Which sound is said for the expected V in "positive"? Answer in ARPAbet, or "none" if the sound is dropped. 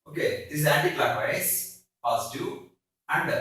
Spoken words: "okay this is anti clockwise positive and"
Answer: none